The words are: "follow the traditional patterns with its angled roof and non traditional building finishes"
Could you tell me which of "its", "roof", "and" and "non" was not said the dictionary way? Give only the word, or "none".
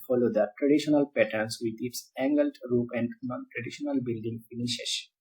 roof